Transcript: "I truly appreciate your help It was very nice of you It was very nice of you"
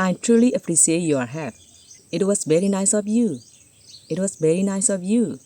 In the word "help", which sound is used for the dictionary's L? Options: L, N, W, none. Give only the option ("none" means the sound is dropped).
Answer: none